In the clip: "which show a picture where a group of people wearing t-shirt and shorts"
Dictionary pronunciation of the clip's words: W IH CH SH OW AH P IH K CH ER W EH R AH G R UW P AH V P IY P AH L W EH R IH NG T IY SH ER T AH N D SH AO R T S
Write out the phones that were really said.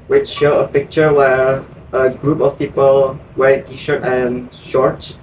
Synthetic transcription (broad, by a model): W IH CH SH OW AH P IH K CH ER W EH R AH G R UW P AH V P IY P AH L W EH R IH T IY SH ER T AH N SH AO R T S